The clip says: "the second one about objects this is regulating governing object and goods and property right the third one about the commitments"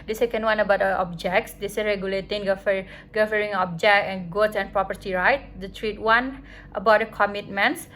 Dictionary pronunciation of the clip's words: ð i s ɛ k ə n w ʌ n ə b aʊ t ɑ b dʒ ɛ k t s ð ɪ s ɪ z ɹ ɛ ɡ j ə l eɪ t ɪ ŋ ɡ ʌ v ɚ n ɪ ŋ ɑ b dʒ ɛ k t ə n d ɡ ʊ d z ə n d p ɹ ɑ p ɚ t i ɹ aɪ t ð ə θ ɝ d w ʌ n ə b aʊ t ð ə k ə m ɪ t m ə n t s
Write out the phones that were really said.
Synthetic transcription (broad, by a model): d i s ɛ k ə n w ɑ n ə b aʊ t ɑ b dʒ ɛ k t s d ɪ s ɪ ɹ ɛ ɡ j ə l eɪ t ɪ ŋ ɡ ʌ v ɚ ɪ ŋ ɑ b dʒ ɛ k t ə n ɡ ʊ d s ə n p ɹ ɑ p ɚ t i ɹ aɪ t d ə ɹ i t w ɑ n ə b aʊ t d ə k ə m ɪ t m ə n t s